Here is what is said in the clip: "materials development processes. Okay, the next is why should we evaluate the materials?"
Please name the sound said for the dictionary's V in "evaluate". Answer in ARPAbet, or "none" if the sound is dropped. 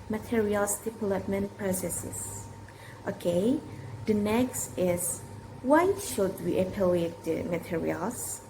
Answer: P